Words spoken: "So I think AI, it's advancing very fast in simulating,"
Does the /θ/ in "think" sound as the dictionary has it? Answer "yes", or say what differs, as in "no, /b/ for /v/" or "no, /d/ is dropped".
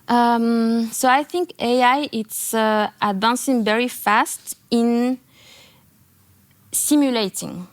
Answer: yes